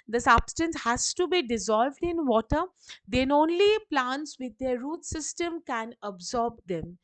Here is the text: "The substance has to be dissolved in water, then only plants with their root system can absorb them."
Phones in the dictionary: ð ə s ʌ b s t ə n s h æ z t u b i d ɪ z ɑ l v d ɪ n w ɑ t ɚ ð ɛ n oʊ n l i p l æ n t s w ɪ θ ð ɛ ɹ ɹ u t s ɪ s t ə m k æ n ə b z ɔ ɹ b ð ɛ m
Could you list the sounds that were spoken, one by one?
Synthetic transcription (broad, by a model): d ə s ʌ b s t ə n s h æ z t u b i d ɪ z ɑ l v d ɪ n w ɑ t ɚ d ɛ n oʊ n l i p l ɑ n t s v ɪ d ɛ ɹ ɹ u t s ɪ s t ə m k æ n ə b z ɔ ɹ b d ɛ m